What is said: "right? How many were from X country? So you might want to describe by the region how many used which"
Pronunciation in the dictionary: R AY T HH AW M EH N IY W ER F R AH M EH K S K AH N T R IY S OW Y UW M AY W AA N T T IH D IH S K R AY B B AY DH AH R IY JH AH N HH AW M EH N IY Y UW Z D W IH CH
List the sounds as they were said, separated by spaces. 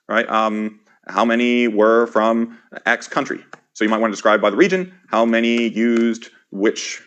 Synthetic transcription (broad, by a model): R AY T HH AW M EH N IY W ER F R AH M EH K S K AH N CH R IY S OW Y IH M AY W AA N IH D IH S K R AY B B AY DH AH R IY JH AH N HH AW M EH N IY Y UW Z D W IH CH